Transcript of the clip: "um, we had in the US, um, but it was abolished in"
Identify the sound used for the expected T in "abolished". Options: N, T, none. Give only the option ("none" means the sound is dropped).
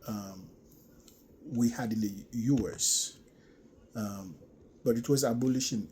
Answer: none